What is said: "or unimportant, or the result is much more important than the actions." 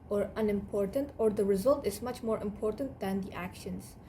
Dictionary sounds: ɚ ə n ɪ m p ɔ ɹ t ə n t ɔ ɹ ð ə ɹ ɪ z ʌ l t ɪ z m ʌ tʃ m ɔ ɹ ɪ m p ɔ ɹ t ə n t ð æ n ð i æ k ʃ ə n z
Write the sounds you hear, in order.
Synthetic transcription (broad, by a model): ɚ ə n ɪ m p ɔ ɹ t ə n t ɔ ɹ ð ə ɹ ɪ z ʌ l t ɪ z m ʌ tʃ m ɔ ɹ ɪ m p ɔ ɹ t ə n t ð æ n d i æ k ʃ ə n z